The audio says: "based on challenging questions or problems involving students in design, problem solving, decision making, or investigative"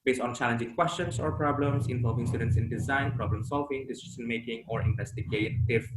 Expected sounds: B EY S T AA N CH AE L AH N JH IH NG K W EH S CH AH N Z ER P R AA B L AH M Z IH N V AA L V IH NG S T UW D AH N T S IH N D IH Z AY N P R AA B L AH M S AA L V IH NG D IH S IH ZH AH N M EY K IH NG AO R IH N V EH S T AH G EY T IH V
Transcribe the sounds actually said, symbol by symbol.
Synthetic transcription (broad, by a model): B EY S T AA N CH AE L AH N JH IH NG K W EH S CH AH N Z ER P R AA B L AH M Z IH N V AA L V IH NG S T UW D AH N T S IH N D IH Z AY N P R AA B L AH M S AA L V IH NG D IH S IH SH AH N M EY K IH NG AO R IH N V EH S T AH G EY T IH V